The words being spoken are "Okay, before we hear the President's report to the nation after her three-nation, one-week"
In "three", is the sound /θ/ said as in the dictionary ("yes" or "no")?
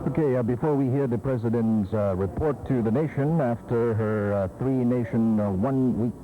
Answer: yes